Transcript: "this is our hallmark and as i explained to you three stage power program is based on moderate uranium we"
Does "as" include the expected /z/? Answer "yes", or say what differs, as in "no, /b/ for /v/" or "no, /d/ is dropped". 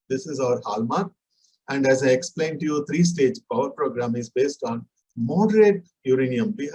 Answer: yes